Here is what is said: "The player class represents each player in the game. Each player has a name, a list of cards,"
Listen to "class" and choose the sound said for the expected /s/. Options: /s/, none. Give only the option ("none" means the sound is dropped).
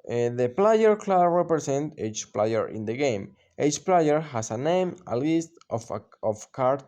none